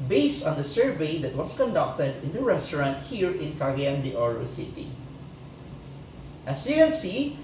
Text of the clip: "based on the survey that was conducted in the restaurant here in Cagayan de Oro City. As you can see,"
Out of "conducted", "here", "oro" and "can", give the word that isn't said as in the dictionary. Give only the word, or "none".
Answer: can